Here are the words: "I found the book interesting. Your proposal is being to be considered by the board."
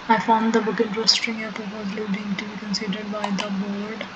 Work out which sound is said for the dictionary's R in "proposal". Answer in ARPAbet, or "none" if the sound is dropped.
none